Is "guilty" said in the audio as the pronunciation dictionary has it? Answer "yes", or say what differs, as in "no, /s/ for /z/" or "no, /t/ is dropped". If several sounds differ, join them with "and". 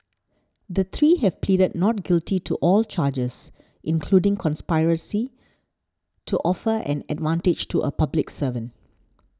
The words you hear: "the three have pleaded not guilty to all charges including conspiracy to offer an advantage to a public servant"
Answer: yes